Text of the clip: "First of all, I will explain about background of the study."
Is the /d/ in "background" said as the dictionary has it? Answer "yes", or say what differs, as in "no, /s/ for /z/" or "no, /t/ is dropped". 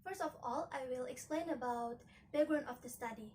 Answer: no, /d/ is dropped